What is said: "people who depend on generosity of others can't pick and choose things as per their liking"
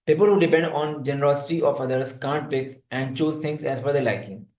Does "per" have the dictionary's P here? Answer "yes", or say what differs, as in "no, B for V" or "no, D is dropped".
no, F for P